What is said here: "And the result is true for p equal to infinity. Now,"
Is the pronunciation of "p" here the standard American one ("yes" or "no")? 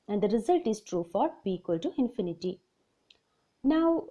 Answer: no